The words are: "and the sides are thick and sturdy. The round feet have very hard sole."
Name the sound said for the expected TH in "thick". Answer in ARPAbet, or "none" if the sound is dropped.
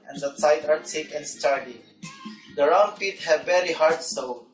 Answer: S